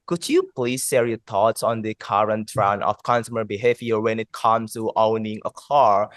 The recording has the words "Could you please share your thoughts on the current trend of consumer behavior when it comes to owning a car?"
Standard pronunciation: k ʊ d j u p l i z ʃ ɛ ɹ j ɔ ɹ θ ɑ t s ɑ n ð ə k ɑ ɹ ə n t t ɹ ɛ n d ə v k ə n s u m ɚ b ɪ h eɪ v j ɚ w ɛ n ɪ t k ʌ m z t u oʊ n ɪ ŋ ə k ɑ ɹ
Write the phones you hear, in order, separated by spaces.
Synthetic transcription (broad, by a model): k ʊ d j u p l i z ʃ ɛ ɹ j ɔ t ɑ t s ɑ n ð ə k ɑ ɹ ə n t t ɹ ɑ n ə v k ə n s u m ɚ b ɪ h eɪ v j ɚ w ɛ n ɪ t k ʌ m s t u oʊ n ɪ ŋ ə k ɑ ɹ